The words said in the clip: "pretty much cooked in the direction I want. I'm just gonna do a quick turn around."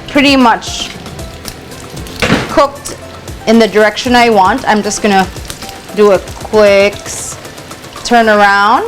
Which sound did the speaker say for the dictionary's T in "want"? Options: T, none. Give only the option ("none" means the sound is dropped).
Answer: T